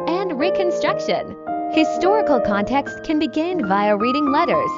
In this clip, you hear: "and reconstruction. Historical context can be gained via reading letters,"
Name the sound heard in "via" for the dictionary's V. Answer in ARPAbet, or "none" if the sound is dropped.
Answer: V